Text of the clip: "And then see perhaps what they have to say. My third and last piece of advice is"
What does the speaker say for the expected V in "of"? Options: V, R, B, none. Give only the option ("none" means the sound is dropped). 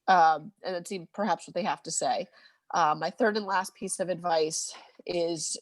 V